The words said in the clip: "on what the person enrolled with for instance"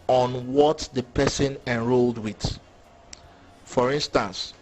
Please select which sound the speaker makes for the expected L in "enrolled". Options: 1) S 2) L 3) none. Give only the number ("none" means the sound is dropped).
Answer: 2